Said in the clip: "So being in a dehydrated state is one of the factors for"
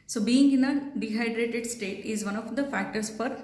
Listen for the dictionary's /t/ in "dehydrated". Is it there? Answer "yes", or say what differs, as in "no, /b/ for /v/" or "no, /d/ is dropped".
yes